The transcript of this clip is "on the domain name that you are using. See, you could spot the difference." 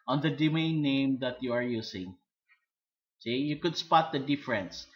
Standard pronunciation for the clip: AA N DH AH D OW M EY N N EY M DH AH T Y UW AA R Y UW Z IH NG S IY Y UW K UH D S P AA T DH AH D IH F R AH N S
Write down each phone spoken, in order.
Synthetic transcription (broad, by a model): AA N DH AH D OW M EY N N EY M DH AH T Y UW AA R Y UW S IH NG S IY Y UW K UH D S P AA T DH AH D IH F R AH N S